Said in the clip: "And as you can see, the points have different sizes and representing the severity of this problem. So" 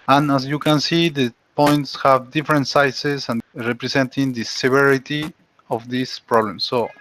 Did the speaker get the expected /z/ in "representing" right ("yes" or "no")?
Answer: no